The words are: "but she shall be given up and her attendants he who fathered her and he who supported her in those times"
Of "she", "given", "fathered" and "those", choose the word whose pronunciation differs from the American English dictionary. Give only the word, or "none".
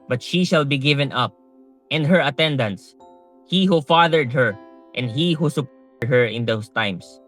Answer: those